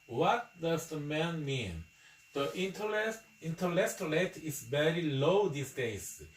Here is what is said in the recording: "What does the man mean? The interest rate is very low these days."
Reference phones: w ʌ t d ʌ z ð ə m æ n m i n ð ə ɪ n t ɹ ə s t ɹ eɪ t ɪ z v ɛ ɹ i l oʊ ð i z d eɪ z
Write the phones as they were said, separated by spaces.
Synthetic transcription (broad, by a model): w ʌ t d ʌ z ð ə m æ n m i n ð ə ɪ n t l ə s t l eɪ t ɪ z v ɛ ɹ i l oʊ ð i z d eɪ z